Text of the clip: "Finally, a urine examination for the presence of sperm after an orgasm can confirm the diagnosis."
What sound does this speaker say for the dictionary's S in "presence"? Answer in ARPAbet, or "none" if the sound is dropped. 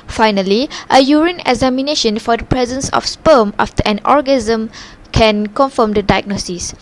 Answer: S